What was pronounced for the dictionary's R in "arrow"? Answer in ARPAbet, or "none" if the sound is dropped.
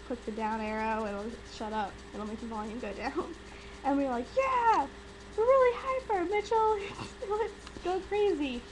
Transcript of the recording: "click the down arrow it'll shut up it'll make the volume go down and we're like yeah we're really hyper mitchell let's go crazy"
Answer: R